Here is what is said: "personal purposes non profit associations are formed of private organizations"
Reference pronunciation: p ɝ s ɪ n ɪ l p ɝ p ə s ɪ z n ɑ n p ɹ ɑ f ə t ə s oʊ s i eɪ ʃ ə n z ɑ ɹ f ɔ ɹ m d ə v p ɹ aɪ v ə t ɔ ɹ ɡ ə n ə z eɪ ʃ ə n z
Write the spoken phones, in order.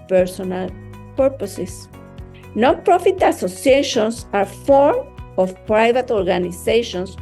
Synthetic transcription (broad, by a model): p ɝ s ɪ n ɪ l p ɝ p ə s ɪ s n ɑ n p ɹ ɑ f ə t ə s oʊ s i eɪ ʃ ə n s ɑ ɹ f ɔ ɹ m ə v p ɹ aɪ v ə t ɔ ɹ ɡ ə n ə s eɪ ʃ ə n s